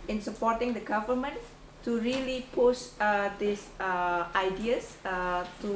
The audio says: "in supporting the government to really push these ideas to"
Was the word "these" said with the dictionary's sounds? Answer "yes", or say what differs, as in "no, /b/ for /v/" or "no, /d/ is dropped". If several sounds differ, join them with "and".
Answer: no, /s/ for /z/